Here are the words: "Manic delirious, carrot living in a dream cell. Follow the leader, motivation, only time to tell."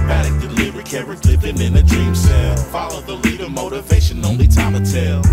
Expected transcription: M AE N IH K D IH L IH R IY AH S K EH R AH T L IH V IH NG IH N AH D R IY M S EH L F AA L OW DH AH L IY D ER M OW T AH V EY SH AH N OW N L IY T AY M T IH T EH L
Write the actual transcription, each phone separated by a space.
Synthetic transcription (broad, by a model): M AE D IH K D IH L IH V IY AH K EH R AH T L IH P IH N IH N AH D R IY M S EH L F AA L OW DH AH L IY D ER M OW T AH V EY SH AH N OW N L IY T AY M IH T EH L